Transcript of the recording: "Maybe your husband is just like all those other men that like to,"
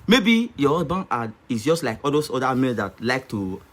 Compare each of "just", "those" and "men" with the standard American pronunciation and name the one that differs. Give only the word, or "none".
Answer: those